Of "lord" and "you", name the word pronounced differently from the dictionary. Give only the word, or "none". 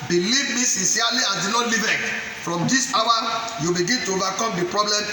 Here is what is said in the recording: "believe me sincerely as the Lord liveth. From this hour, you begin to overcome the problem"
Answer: lord